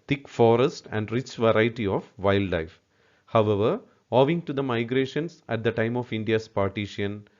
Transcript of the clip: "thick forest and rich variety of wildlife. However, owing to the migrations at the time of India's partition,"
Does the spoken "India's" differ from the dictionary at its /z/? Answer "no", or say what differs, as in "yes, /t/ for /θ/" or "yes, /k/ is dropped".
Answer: yes, /s/ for /z/